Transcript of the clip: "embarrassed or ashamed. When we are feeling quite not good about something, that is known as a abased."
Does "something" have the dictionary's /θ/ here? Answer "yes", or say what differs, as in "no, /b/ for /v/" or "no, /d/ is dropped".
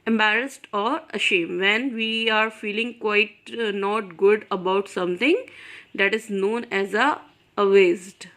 no, /t/ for /θ/